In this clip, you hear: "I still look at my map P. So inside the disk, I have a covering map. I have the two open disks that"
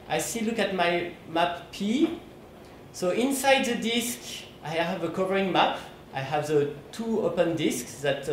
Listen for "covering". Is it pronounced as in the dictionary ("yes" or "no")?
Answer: yes